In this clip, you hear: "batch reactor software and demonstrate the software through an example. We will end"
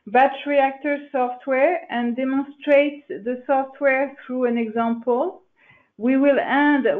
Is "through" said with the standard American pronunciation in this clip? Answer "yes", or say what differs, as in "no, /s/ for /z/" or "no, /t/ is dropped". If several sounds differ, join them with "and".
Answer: yes